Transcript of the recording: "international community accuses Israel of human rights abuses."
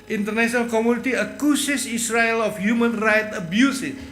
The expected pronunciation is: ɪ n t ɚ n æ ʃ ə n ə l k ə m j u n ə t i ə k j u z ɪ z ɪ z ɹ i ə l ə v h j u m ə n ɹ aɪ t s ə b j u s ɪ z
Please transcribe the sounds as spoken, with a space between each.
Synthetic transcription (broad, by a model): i n t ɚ n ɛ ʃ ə n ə l k ə m j u n ə t i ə k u s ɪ s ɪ s ɹ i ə l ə f h j u m ə n ɹ aɪ t ə b j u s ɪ